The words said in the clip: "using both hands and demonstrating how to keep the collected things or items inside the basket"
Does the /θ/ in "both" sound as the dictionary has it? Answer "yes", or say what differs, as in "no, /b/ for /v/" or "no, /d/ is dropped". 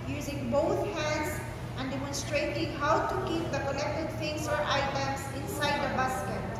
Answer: no, /t/ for /θ/